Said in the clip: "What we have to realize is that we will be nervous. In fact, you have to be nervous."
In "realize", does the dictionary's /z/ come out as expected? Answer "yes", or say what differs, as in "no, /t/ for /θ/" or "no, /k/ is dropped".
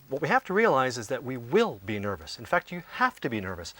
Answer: yes